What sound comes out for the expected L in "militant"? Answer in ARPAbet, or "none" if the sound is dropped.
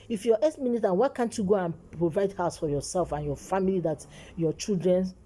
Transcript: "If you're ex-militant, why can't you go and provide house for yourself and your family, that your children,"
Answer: N